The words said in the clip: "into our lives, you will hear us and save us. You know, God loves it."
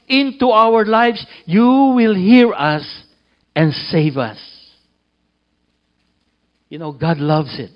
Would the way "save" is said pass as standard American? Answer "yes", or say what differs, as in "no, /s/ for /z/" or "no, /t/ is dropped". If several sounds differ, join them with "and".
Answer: yes